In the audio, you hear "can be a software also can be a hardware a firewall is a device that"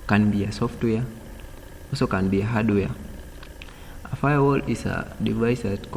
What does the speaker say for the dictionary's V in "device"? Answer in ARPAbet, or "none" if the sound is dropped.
V